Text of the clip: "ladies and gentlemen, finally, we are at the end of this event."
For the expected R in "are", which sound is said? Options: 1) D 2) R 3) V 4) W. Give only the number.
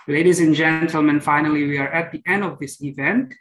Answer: 2